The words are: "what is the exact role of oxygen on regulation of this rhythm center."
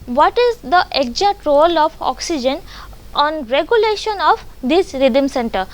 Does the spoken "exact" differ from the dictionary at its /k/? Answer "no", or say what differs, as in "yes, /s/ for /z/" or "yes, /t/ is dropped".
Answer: yes, /k/ is dropped